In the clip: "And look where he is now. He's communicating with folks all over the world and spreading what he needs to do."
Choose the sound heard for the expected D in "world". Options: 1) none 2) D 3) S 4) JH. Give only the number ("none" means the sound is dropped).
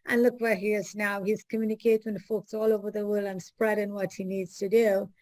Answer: 1